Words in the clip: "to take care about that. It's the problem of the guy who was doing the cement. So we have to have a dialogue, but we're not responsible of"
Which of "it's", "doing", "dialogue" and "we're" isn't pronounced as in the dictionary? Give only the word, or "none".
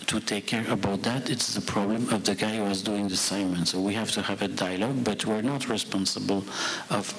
none